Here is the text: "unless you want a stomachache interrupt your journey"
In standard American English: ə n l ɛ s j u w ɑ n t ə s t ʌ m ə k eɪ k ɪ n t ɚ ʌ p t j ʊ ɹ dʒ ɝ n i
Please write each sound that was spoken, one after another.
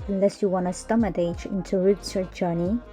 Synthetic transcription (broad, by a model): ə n l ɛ s j u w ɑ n ə s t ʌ m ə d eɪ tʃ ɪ n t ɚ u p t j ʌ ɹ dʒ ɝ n i